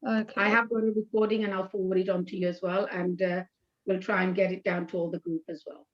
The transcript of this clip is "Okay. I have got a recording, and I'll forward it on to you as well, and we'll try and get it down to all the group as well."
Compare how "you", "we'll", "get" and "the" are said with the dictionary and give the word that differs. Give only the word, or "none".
none